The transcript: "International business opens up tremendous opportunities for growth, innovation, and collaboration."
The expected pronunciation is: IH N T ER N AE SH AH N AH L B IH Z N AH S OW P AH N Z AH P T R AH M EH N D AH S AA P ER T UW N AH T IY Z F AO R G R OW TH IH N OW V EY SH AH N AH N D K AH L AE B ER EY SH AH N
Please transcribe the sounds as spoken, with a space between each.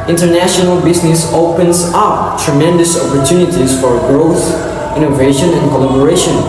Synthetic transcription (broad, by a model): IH N T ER N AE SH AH N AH L B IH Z N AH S OW P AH N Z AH P T R AH M EH N D AH S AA P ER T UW N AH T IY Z F AO R G R OW TH IH N OW V EY SH AH N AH N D K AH L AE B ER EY SH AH N